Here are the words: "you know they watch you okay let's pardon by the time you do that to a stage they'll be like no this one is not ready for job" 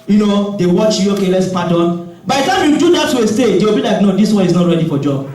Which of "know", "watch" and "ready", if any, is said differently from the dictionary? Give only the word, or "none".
none